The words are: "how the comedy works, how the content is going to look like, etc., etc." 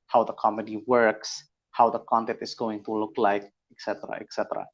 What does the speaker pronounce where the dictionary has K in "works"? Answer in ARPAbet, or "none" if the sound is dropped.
K